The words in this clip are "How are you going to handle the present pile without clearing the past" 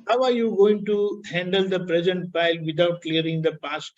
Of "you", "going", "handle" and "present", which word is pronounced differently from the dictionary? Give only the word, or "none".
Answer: none